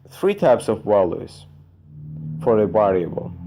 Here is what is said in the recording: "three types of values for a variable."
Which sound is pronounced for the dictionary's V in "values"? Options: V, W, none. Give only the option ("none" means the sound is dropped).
W